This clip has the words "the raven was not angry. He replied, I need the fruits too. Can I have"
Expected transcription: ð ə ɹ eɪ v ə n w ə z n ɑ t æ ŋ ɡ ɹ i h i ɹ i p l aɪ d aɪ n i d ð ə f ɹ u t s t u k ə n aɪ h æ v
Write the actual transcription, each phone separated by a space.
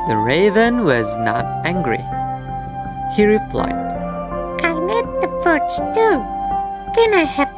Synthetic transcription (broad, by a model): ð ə ɹ eɪ v ə n w ə z n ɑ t æ ŋ ɡ ɹ i h i ɹ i p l aɪ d aɪ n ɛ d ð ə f ʌ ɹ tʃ t u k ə n aɪ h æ